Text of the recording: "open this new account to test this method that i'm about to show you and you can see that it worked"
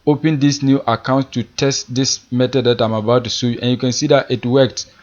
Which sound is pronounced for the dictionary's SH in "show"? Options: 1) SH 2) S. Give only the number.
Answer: 2